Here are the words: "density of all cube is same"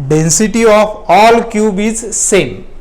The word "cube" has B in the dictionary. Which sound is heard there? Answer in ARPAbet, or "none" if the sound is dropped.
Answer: B